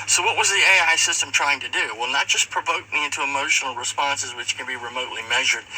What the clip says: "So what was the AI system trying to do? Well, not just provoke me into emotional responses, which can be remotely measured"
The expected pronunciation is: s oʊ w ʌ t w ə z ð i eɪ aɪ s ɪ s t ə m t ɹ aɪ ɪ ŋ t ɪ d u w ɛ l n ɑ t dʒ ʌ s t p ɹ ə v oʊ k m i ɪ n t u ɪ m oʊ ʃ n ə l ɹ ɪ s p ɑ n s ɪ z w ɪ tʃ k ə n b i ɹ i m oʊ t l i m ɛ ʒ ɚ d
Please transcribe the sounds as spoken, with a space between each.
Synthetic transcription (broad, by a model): s oʊ w ʌ t w ə z ð i eɪ aɪ s ɪ s t ə m t ɹ aɪ ɪ ŋ t ɪ d u w ɛ l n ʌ t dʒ ʌ s p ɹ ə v oʊ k m i ɪ n t u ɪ m oʊ ʃ n l ɹ ɪ s p ɑ n s ɪ z w ɪ tʃ k ə n b i ɹ i m oʊ t l i m ɛ ʒ ɚ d